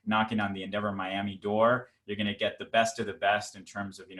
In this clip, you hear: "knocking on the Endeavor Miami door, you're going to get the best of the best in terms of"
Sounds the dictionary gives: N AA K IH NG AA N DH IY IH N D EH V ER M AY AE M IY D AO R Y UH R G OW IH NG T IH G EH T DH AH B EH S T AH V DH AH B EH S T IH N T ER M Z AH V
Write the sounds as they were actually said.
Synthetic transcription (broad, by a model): N AA K IH NG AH N DH IY IH N D EH V ER M AY AE M IY D AO R Y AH R G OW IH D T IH G EH T DH AH B EH S T AH V DH AH B EH S T IH N T ER M Z AH V